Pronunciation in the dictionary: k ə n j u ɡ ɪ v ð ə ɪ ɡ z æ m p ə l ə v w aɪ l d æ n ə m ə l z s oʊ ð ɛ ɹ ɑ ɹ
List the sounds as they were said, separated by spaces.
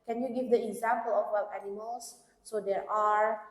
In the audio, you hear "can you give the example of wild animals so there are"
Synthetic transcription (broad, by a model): k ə n j u ɡ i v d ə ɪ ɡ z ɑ m p ə l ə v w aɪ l æ n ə m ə l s s oʊ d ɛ ɹ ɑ ɹ